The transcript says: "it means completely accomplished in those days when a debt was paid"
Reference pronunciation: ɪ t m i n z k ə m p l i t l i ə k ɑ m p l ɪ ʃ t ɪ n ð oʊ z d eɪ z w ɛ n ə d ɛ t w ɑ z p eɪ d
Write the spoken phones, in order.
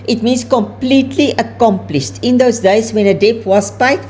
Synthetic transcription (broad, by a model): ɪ t m i n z k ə m p l i t l i ə k ɑ m p l ɪ ʃ t ɪ n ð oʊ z d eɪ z w ɛ n ə d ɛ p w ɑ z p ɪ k